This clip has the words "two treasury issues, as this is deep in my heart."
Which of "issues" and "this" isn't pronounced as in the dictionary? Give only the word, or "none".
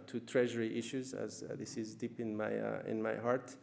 none